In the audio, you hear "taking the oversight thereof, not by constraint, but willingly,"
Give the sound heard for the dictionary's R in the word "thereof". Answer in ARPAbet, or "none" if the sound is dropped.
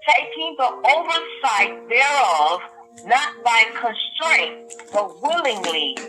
R